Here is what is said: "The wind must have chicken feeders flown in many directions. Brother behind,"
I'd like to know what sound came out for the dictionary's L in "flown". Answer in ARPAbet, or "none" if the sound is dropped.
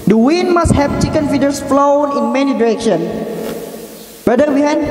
L